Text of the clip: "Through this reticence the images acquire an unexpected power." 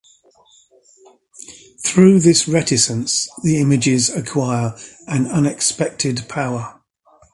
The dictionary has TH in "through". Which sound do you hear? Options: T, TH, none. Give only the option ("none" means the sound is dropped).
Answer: TH